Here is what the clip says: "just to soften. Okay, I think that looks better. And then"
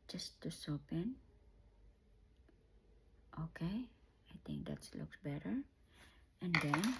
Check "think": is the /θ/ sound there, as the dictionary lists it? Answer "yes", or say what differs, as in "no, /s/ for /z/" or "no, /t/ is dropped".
no, /t/ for /θ/